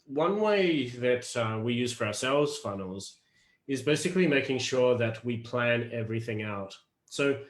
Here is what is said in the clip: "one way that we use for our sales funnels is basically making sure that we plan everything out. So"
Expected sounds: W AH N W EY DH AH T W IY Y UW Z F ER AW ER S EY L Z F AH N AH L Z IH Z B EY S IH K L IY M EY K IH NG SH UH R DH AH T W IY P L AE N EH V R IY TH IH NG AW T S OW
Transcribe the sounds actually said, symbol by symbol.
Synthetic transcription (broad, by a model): W AH N W EY DH AH T W IY Y UW Z F ER AW ER S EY L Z F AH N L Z IH Z B EY S IH K L IY M EY K IH NG SH UH R DH AH T W IY P L AE N EH V R IY TH IH NG AW T S OW